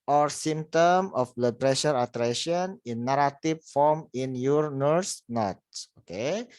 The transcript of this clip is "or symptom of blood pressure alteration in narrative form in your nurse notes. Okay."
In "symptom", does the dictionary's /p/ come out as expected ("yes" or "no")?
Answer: no